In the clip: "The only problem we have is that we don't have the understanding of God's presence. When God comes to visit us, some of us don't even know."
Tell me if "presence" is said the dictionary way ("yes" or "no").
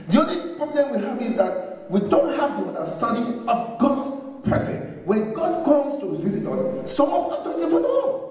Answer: no